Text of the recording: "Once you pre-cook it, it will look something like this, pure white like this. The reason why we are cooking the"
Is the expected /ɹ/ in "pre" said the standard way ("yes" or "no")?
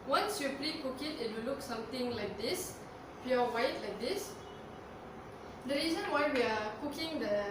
no